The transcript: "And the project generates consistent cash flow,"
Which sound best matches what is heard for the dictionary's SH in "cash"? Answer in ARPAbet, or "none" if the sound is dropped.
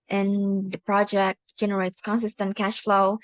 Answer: SH